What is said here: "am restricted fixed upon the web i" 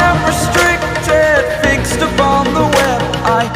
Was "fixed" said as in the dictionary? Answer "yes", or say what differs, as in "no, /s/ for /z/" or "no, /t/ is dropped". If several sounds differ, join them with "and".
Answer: yes